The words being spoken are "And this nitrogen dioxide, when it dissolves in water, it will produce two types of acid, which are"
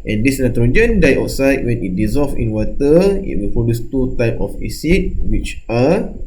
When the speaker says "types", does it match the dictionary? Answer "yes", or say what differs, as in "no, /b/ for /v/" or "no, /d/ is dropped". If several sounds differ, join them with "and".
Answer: no, /s/ is dropped